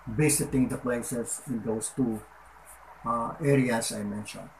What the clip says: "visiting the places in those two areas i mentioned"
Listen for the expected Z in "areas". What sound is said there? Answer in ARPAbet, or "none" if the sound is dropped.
S